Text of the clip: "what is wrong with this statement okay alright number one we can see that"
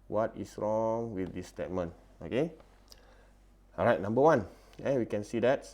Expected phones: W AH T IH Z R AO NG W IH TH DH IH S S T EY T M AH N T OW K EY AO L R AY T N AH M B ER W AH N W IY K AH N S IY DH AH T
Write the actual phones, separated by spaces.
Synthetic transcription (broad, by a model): W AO T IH S R AO NG W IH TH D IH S S T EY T M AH N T OW K EY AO R AY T N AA M B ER W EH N W IY K AH N S IY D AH T